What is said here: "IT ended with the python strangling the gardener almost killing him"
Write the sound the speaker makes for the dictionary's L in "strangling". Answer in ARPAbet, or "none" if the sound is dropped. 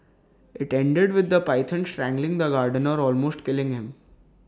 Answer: L